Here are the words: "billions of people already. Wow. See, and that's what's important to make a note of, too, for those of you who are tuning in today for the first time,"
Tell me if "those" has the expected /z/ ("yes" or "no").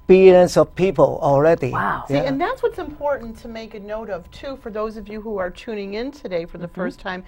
yes